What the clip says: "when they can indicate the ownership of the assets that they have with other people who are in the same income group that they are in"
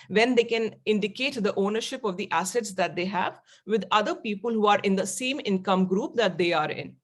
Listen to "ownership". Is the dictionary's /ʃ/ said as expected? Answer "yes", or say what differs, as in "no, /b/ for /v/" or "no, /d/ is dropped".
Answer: yes